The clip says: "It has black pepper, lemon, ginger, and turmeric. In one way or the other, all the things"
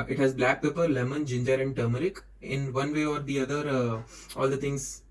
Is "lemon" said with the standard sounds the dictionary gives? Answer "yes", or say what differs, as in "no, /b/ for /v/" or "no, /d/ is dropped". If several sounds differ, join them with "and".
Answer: yes